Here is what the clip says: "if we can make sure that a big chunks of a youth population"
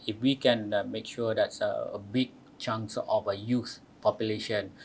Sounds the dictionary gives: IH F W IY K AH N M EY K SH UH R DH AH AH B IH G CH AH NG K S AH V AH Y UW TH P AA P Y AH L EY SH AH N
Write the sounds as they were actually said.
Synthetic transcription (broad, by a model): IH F W IY K AH N M EY K SH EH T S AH AH B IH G CH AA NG S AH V AH Y UW S P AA P Y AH L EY SH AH N